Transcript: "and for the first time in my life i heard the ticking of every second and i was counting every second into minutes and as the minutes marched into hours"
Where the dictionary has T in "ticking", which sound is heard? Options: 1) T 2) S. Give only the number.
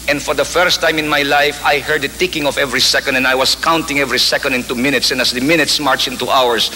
1